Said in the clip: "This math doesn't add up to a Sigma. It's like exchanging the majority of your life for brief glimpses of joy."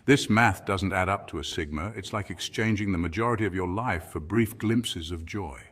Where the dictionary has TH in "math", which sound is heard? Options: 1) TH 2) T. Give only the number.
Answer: 1